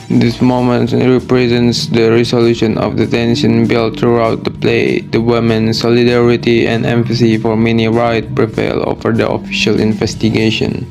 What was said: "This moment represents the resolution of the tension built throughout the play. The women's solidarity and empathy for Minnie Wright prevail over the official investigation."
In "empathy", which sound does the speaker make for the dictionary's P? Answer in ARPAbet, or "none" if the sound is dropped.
F